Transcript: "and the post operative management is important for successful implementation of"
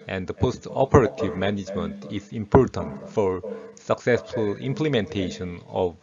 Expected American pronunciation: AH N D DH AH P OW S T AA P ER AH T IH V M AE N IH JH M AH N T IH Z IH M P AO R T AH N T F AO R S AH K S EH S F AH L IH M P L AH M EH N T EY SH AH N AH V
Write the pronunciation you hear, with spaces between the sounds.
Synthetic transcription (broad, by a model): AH N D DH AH P OW S T AA P ER AH T IH V M AE N IH JH M AH N T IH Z IH M P AO R T AH N T F AO R S AH K S EH S F AH L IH M P L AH M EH N T EY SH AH N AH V